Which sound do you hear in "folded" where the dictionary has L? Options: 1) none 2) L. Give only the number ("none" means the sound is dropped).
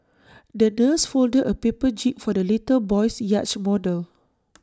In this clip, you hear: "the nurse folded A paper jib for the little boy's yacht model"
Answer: 2